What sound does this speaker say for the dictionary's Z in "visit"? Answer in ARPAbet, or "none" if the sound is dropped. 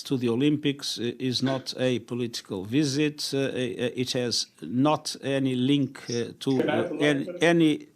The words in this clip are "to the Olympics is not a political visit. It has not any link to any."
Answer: Z